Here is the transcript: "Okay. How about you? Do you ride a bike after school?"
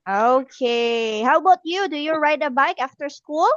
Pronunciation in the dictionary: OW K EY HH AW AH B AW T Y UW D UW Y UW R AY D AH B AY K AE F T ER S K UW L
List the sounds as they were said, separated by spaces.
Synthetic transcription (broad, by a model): OW K EY HH AW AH B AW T Y UW D UW Y UW R AY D AH B AY K AE F T ER S K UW L